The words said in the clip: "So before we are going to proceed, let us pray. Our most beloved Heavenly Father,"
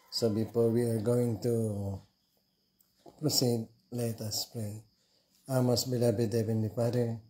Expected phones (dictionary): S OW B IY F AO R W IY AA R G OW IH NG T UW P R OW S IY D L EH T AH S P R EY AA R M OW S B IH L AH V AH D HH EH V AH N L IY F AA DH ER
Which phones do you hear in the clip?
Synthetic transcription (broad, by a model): S OW B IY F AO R W IY AA R G OW IH NG T UW P R OW S IY D L EH T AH S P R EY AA M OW S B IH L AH B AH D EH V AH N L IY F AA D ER